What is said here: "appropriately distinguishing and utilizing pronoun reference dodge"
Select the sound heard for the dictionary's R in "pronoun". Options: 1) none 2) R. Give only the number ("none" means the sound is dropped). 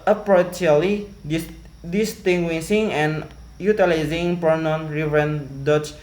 1